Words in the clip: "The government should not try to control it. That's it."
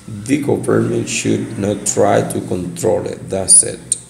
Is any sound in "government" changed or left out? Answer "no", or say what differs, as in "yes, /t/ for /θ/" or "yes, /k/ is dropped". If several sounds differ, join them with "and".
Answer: yes, /p/ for /v/